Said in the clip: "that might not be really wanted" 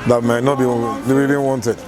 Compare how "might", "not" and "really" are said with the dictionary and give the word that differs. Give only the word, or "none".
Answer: really